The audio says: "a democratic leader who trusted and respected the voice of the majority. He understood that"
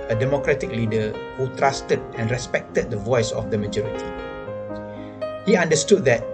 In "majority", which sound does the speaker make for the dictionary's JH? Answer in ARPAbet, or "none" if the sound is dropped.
JH